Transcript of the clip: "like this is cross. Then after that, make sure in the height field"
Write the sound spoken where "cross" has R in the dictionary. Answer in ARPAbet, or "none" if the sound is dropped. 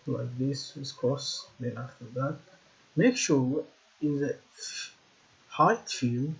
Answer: none